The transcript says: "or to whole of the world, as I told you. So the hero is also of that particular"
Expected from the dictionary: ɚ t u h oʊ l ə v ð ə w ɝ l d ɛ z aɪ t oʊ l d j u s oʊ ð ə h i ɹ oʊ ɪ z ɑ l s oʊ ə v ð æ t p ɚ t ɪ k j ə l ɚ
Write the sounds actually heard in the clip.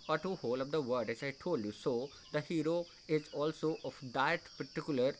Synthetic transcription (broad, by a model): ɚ t u h oʊ l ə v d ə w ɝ d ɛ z aɪ t oʊ l d j u s oʊ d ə h i ɹ oʊ ɪ z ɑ l s oʊ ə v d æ t p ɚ t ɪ k j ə l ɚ